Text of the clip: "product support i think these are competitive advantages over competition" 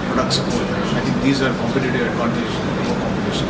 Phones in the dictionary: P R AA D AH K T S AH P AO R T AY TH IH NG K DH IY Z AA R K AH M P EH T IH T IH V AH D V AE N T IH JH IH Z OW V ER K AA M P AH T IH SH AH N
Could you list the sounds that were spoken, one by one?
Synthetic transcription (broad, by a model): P R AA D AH K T S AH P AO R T AY T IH NG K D IY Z AA R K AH M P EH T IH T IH AH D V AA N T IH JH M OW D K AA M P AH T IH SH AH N